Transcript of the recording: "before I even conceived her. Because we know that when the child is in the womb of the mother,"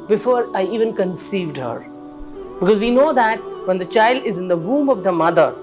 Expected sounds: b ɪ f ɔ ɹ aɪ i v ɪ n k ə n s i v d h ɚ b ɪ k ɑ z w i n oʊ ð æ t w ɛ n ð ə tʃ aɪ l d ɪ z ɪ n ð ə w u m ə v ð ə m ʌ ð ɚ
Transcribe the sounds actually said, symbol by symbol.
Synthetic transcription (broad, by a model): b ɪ f ɔ ɹ aɪ i v ɪ n k ə n s i v d h ɚ b ɪ k ɑ z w i n oʊ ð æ t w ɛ n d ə tʃ aɪ l d ɪ z ɪ n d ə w u m ə v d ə m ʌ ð ɚ